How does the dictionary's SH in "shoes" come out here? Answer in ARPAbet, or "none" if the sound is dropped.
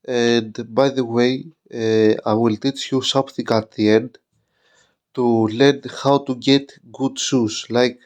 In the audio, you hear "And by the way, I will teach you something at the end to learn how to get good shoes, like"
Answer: S